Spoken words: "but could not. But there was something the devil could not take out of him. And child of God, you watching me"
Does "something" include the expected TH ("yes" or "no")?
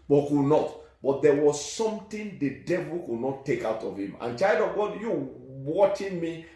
no